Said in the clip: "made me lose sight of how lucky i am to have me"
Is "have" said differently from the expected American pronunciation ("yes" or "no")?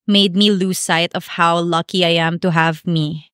no